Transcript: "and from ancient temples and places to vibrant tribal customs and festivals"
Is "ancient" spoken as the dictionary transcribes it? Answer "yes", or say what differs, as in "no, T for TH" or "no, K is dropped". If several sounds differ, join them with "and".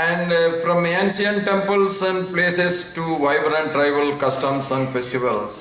no, S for SH